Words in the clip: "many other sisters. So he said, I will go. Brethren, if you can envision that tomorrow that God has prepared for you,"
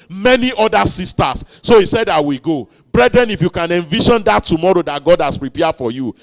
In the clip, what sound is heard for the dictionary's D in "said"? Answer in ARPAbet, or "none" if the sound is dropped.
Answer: D